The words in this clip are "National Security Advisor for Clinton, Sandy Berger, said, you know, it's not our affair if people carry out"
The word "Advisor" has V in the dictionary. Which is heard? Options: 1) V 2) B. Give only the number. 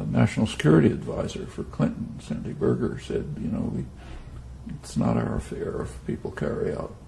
1